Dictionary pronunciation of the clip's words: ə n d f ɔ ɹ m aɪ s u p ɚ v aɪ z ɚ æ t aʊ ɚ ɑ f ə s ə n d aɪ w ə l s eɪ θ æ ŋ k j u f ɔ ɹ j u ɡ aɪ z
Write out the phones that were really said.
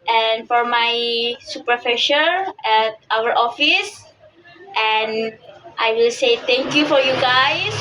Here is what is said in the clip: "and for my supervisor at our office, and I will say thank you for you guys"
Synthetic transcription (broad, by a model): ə n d f ɔ ɹ m aɪ s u p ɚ f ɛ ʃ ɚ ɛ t aʊ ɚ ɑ f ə s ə n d aɪ w ə l s eɪ t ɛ ŋ k j u f ɔ ɹ j u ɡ aɪ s